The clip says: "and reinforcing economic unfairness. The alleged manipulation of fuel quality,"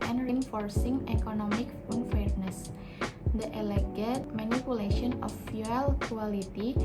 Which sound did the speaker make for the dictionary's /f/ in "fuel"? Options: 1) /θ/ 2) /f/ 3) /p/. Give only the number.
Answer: 2